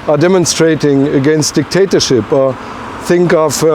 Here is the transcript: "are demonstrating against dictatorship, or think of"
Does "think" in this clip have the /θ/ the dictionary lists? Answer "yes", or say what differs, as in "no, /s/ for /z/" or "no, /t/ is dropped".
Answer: yes